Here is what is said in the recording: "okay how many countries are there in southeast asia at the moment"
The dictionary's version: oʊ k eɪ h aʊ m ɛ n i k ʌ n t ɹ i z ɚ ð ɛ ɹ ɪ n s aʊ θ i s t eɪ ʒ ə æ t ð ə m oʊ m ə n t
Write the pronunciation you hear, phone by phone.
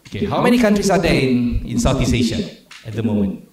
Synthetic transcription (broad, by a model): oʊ k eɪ h aʊ m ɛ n i k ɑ n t ɹ i s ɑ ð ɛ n ɪ n s aʊ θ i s eɪ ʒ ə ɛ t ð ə m oʊ m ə n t